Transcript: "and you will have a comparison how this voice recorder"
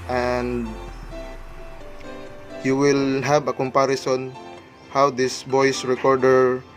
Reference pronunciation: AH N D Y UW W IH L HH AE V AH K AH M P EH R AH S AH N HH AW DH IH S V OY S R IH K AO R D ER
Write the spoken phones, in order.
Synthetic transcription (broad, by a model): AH N D Y UW W IH L HH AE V AH K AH M P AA R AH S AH N HH AW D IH S B OY S R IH K AO R D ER